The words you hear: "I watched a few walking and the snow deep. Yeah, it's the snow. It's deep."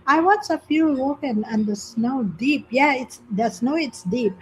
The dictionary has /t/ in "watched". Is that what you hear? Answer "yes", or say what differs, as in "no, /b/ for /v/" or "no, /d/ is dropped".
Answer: no, /t/ is dropped